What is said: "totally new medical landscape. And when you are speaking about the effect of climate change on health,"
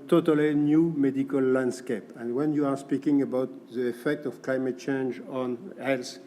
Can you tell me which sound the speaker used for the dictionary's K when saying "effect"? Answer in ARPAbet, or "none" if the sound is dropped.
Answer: K